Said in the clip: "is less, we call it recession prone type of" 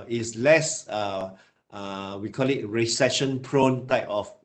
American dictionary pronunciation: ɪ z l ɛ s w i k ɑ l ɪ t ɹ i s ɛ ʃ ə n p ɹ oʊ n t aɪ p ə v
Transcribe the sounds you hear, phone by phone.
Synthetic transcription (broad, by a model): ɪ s l ɛ s w i k ɑ l ɪ t ɹ i s ɛ ʃ ə n p ɹ oʊ n t aɪ p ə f